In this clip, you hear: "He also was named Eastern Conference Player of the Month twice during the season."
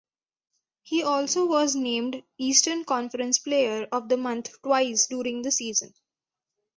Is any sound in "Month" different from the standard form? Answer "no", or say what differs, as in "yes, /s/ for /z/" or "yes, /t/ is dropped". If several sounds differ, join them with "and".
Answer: yes, /t/ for /θ/